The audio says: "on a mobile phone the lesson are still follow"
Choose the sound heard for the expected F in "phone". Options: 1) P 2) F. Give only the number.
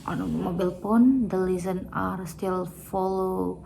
1